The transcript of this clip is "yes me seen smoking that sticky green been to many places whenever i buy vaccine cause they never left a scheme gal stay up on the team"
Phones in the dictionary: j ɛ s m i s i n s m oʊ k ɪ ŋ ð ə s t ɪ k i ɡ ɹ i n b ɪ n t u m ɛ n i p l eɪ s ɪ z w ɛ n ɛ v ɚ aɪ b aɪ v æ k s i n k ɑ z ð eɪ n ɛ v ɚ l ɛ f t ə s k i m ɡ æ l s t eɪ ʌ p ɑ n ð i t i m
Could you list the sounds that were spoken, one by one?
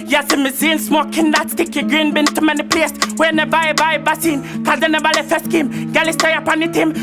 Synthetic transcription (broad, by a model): j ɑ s m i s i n s m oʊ k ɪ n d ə s t ɪ k i ɡ ɹ i n b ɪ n t u m ɛ n i p l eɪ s w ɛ n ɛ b aɪ b aɪ b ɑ s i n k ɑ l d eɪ n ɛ b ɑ l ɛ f ə s k i m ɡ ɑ l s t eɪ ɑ p ɑ n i t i m